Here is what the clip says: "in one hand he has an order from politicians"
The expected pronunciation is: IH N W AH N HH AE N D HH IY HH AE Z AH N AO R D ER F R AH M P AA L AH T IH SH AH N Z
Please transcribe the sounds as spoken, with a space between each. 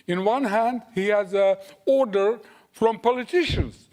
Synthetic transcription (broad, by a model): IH N W AH N HH AE N D HH IY HH AE Z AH AO R D ER F R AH M P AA L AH T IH SH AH N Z